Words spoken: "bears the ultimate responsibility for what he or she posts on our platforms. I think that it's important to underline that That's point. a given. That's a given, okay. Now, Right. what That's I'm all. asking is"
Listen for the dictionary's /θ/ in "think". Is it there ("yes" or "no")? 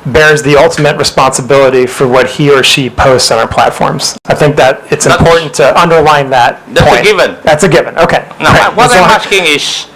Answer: yes